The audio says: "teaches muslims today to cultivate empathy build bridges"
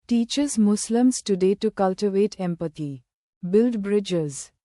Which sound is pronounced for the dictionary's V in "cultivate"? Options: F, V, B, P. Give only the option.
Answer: V